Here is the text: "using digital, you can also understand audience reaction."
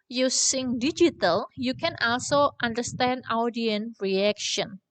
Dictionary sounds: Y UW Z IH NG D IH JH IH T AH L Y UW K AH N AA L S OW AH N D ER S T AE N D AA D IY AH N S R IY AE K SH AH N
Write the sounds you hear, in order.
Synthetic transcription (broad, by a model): Y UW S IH NG D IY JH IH T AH L Y UW K AH N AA L S OW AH N D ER S T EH N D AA D IY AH N R IY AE K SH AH N